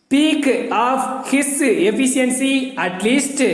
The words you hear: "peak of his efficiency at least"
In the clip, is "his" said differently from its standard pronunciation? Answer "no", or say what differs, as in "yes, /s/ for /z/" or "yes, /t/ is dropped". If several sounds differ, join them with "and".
yes, /s/ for /z/